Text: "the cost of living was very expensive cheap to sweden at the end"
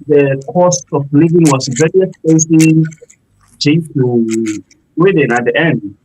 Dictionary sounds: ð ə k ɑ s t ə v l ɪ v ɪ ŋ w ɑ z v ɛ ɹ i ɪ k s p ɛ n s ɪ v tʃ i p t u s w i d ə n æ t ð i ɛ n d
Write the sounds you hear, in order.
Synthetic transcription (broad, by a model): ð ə k ɑ s t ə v l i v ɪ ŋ w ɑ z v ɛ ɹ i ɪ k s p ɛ s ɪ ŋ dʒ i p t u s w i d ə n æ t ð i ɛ n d